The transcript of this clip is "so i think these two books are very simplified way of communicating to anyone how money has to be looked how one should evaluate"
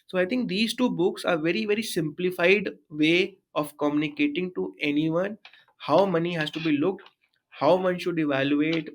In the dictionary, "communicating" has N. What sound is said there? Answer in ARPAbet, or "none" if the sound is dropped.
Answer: N